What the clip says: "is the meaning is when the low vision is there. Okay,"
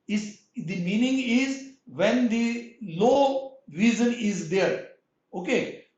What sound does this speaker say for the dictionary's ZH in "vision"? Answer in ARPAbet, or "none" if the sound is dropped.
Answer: Z